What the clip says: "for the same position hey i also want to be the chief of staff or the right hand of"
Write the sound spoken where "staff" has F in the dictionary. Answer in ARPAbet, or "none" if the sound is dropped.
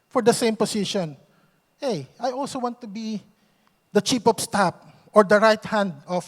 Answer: P